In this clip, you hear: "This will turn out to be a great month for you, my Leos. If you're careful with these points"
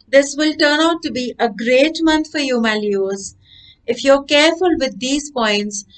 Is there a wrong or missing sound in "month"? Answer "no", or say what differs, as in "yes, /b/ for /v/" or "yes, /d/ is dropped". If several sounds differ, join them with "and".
yes, /t/ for /θ/